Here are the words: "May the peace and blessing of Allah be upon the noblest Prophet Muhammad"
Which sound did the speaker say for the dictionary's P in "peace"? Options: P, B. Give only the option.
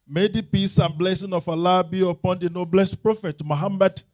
P